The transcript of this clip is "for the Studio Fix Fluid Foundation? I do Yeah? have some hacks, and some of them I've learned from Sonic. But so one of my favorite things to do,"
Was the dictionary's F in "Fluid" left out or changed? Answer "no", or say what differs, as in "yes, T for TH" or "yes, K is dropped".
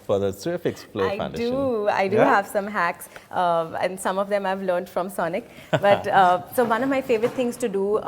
yes, P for F